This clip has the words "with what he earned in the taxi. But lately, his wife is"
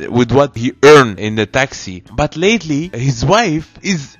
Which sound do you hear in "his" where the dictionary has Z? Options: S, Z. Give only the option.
Z